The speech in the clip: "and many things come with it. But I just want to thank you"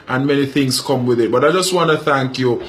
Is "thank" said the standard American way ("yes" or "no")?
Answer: yes